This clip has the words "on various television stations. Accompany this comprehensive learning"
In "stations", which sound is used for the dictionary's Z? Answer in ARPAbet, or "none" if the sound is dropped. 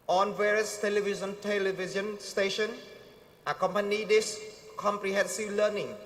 none